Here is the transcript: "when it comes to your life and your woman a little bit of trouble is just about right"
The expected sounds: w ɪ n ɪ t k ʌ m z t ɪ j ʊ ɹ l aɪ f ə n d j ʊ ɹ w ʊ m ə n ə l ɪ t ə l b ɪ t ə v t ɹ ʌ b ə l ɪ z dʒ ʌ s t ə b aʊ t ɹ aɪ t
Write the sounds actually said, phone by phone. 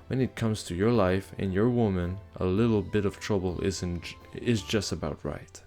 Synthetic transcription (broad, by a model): w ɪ n ɪ t k ʌ m z t ɪ j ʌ ɹ l aɪ f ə n j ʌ ɹ w ʊ m ə n ə l ɪ t l b ɪ t ə v t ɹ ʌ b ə n ɪ z dʒ ʌ s t ə b aʊ t ɹ aɪ t